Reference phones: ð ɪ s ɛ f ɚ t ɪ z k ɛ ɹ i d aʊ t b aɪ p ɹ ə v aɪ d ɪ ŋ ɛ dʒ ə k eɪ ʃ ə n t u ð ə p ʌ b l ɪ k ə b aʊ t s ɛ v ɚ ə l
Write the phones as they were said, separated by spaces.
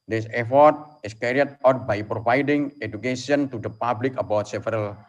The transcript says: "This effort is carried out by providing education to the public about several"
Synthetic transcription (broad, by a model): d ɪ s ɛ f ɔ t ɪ s k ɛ ɹ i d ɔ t b aɪ p ɹ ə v aɪ d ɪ ŋ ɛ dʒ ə k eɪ s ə n t u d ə p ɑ b l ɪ k ə b aʊ t s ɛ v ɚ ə l